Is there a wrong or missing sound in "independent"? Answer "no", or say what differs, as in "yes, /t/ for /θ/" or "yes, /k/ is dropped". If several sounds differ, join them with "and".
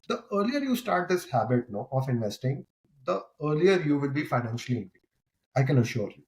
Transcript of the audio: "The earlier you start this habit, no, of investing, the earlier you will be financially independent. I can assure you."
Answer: yes, /p/ is dropped